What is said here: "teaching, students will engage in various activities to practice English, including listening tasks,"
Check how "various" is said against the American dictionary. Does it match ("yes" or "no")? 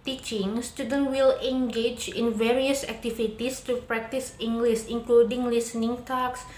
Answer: yes